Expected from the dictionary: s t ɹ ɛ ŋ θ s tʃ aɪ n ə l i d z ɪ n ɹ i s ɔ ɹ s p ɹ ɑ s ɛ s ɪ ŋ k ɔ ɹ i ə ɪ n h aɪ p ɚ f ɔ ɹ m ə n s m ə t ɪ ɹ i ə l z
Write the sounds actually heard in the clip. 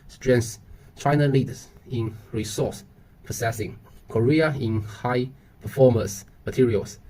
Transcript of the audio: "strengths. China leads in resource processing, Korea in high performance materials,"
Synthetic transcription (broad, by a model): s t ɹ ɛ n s tʃ aɪ n ə l i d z ɪ n ɹ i s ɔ s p ɑ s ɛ s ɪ ŋ k ɔ ɹ i ə ɪ n h aɪ p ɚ f ɔ m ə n s m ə t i ɹ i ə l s